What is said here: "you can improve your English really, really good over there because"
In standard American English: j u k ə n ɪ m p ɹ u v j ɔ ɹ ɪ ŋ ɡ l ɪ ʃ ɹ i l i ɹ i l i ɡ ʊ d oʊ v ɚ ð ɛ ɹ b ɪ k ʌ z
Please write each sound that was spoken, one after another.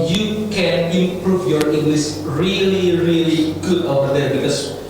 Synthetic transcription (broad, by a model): j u k ə n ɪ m p ɹ u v j ɔ ɹ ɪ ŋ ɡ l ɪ s ɹ i l i ɹ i l i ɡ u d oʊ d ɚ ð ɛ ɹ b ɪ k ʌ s